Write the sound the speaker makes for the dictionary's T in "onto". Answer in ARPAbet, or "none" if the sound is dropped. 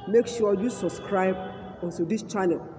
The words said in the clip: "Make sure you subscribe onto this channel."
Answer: S